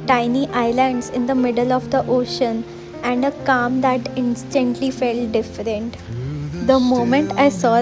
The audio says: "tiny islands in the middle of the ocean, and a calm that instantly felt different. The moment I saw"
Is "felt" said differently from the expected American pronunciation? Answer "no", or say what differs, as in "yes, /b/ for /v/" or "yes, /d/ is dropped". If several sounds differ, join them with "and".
no